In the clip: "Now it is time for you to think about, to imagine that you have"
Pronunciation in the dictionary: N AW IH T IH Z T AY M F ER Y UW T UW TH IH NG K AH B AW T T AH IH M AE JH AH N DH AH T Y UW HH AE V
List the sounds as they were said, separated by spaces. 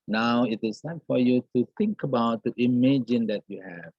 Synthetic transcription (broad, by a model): N AW IH T IH Z S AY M F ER Y UW T UW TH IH NG K AH B AW T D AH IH M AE JH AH N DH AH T Y UW HH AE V